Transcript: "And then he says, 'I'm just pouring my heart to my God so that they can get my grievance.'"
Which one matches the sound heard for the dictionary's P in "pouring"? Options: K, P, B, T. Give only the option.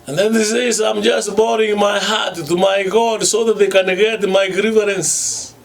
B